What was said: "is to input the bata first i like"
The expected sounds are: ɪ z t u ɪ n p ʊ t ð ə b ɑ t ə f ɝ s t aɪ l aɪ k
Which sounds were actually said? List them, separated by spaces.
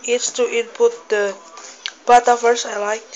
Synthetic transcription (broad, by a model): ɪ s t u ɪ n p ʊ t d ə b ɑ t ə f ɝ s aɪ l aɪ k